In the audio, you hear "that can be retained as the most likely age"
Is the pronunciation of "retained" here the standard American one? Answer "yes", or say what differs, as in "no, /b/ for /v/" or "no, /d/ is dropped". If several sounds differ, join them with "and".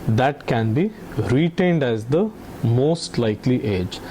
yes